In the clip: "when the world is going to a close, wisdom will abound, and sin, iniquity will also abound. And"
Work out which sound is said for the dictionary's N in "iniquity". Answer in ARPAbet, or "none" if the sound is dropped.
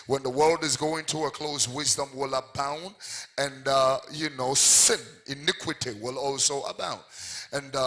N